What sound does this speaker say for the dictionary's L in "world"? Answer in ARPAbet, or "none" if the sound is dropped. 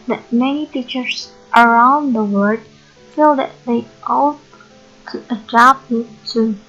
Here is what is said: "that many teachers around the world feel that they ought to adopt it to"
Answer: none